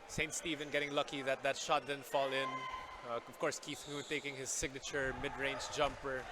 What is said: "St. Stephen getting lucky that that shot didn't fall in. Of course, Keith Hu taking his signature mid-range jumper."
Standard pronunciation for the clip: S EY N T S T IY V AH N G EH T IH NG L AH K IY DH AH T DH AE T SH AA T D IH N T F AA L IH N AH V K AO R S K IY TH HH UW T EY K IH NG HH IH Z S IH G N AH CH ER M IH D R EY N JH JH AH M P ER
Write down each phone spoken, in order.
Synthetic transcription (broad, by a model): S EY N T S T IY V AH N G EH T IH NG L AH K IY DH AH T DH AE T SH AA T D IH N F AA L IH N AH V K AO R S K IY TH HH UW T EY K IH NG HH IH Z S IH G N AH CH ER M IH D R EY N JH JH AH M P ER